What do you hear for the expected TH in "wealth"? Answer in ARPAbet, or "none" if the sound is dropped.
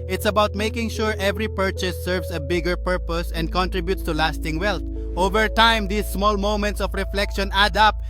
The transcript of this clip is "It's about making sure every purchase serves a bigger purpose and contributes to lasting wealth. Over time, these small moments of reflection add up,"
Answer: T